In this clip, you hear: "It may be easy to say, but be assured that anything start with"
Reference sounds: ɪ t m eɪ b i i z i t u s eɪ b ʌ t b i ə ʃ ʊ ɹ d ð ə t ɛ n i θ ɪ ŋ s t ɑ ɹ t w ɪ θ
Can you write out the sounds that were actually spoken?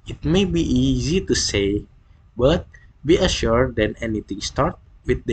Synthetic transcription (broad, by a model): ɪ t m eɪ b i i z i t u s eɪ b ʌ t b i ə ʃ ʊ ɹ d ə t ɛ n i t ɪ ŋ s t ɑ ɹ t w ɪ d